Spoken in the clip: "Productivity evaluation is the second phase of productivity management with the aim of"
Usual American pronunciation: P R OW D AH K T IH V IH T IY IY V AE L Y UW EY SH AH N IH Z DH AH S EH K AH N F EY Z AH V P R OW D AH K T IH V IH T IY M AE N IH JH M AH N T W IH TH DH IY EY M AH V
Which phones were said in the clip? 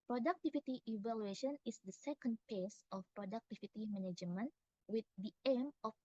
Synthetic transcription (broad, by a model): P R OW D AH K T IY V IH T IY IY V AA L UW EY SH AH N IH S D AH S EH K AH N P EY S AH F P R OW D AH K T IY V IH T IY M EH N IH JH M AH N W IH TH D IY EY M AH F